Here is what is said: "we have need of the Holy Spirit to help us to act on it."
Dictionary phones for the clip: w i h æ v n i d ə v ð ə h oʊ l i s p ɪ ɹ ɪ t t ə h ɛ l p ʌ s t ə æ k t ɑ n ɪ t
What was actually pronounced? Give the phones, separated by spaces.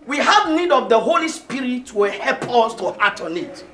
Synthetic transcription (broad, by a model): w i h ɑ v n i d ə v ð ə h oʊ l i s p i ɹ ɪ t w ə h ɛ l p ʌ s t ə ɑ t ɑ n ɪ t